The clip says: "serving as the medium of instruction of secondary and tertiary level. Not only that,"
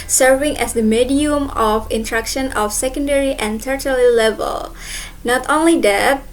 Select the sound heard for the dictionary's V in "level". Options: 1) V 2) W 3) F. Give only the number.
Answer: 1